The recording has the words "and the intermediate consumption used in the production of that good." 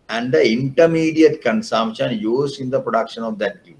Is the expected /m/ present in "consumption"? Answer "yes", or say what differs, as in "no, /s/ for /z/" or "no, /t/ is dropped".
yes